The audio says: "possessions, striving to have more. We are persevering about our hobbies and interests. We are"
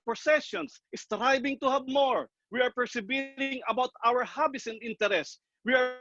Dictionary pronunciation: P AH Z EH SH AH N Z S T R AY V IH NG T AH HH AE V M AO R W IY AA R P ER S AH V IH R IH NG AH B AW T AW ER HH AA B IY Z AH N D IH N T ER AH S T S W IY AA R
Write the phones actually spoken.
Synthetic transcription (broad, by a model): P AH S EH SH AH N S S T R AY B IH NG T AH HH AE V M AO R W IY AA R P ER S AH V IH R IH NG AH B AW T AW ER HH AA B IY S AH N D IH N T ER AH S S W IY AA R